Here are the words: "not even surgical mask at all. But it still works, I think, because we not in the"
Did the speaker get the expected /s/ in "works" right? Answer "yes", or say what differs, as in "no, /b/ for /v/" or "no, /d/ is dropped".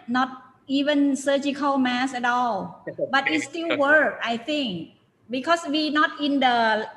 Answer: no, /s/ is dropped